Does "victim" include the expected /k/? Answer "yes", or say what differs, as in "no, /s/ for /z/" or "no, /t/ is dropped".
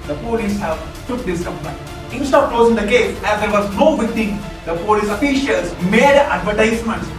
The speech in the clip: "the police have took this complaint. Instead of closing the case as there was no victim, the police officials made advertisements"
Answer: no, /k/ is dropped